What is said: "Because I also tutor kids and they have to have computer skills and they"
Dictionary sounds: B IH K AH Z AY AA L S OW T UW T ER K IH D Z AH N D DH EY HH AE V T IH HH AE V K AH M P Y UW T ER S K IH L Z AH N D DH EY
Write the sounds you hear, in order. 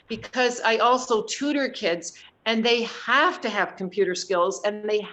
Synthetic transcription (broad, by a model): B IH K AH Z AY AA L S OW T UW T ER K IH D Z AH N DH EY HH AE F T IH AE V K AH M P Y UW T ER S K IH L Z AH N DH EY